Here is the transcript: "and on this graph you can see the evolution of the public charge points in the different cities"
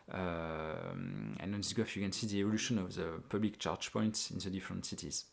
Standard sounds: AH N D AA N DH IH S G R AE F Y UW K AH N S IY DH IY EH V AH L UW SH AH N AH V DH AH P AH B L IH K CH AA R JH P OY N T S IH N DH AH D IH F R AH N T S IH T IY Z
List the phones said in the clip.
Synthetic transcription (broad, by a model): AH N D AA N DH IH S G AO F Y UW K AH N S IY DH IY EH V AH L UW SH AH N AH V DH AH P AH B L IH K CH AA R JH P OY N T S IH N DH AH D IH F R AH N T S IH T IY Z